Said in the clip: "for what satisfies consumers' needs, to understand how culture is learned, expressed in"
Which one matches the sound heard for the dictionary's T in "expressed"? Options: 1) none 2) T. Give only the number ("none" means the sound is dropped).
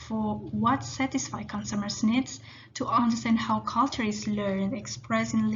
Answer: 1